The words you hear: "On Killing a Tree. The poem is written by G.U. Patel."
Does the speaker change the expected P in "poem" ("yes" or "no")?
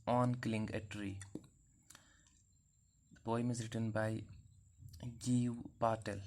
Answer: yes